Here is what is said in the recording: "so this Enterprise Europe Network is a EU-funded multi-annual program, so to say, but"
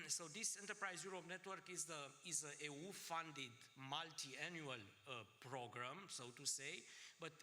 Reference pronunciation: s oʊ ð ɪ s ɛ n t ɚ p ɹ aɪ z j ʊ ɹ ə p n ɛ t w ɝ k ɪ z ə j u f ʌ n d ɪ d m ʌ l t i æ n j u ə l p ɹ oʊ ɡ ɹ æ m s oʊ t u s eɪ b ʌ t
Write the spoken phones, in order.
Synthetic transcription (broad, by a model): s oʊ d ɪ s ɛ n t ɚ p ɹ aɪ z j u ɹ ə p n ɛ t w ɝ k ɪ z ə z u f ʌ n d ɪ d m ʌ l t i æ n j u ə l p ɹ oʊ ɡ ɹ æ m s oʊ t u s eɪ b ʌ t